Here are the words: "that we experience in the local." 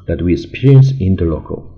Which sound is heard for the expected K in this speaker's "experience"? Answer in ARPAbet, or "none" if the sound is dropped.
none